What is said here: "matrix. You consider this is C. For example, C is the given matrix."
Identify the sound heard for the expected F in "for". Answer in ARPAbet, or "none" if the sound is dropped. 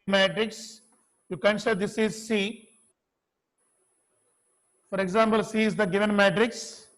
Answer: F